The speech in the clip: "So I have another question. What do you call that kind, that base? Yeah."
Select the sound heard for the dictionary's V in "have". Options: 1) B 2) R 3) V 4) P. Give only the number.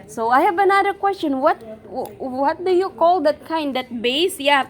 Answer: 1